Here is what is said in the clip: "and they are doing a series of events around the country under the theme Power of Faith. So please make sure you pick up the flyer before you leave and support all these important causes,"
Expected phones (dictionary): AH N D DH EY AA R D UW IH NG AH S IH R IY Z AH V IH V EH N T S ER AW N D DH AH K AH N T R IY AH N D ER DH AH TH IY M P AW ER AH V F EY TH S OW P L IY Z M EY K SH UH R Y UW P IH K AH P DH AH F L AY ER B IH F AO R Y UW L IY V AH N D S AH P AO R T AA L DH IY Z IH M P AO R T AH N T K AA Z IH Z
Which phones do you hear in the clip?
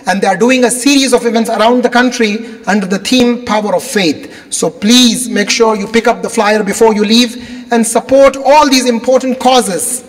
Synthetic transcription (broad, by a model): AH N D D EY AA R D UW IH NG AH S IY R IY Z AH V IH V EH N T S ER AW N D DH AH K AH N T R IY AH N D ER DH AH T IY M P AW ER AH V F EY T S OW P L IY Z M EY K SH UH R Y UW P IH K AH P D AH F L AY ER B IH F AO R Y UW L IY V AH N D S AH P AO R T AA L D IY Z IH M P AO R T AH N T K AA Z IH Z